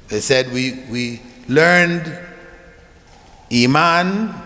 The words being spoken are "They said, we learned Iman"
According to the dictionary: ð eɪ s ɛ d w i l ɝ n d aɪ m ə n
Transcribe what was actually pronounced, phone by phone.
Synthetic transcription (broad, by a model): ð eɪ s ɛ d w i l ɝ n d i m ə n